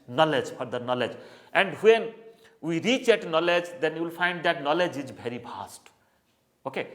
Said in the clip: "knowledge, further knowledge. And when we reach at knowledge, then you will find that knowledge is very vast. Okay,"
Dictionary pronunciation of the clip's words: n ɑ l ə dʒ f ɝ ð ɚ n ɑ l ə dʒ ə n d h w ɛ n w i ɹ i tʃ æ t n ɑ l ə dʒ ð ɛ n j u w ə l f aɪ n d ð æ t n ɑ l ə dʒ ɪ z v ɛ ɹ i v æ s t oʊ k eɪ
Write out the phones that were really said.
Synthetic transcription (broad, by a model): n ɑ l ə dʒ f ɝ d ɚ n ɑ l ə dʒ ə n d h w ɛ n w i ɹ i tʃ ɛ t n ɑ l ə dʒ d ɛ n j u w ə l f aɪ n d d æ t n ɑ l ə dʒ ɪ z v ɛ ɹ i p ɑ s t oʊ k eɪ